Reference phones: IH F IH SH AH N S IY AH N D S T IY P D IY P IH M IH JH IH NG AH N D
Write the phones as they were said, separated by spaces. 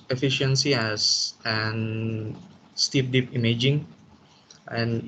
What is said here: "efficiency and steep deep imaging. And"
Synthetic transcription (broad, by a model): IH F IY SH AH N S IY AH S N S T IY P D IY P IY M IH JH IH NG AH N